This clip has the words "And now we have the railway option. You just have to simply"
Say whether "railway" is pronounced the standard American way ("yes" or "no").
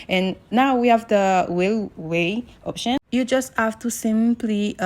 no